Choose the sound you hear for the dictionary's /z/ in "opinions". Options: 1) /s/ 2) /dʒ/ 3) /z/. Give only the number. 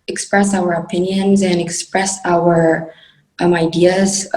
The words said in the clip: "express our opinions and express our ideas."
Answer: 3